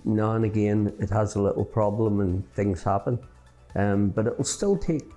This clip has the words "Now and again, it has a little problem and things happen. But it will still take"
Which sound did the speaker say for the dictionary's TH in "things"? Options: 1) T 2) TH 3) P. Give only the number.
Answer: 2